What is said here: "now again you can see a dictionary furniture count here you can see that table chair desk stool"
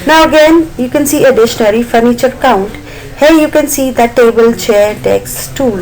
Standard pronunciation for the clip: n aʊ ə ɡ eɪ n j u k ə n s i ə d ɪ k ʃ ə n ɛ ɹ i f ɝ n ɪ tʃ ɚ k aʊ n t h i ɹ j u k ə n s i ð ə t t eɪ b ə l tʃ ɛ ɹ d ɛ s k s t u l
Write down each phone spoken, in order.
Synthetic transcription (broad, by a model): n aʊ ə ɡ eɪ n j u k ə n s i ə d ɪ ʃ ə n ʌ ɹ i f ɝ n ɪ tʃ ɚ k aʊ n t h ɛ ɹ j u k ə n s i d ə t t eɪ b ə l tʃ ɛ ɹ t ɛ k s t u l